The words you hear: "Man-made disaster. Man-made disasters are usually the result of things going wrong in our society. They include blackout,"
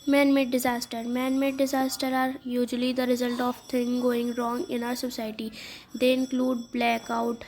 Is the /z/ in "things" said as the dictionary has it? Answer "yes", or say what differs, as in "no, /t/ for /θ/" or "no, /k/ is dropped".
no, /z/ is dropped